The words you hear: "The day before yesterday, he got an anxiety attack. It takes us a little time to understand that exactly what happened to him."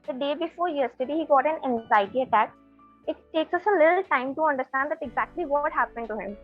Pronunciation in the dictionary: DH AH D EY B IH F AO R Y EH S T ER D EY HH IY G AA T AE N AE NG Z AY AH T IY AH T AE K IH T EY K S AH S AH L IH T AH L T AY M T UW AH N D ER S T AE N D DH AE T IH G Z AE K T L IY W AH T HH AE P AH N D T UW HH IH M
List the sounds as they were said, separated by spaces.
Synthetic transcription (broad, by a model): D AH D EY B IH F AO R Y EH S T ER D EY HH IY G AA T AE N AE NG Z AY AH T IY AH T AE K IH T EY K S AH S AH L IH T AH L T AY M T UW AH N D ER S T AE N D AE T IH G Z AE K T L IY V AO T HH AE P AH N D T UW HH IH M